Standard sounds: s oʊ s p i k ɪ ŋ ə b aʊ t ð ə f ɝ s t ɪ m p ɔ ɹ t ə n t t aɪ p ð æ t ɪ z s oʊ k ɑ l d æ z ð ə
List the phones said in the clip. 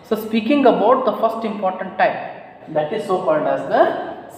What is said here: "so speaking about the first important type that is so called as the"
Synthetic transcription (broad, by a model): s oʊ s p i k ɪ ŋ ə b aʊ t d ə f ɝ s t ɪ m p ɔ ɹ t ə n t t aɪ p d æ t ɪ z s oʊ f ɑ n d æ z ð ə